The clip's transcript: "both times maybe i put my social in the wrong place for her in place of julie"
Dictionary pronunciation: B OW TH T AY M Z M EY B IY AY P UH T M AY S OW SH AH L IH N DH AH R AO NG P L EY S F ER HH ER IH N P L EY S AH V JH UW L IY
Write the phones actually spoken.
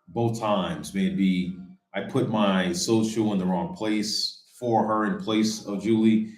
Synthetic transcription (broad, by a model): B OW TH T AY M Z M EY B IY AY P UH T M AY S OW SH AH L IH N DH AH R AO NG P L EY S F ER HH ER IH N P L EY S AH V JH UW L IY